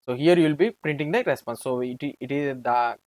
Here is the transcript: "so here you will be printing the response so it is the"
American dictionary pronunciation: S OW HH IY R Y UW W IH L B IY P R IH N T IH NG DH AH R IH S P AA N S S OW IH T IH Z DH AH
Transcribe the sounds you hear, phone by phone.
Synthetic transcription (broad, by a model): S OW HH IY R Y UW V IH L B IY P R IH N T IH NG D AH R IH S P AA N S S OW IH T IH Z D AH